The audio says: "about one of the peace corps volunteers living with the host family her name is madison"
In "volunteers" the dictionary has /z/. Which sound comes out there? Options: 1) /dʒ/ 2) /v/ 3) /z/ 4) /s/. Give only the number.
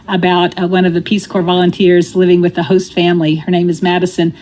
3